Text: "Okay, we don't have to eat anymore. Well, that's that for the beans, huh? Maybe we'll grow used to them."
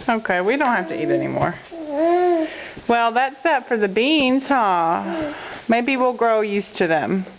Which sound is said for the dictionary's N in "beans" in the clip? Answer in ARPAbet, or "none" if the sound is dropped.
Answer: N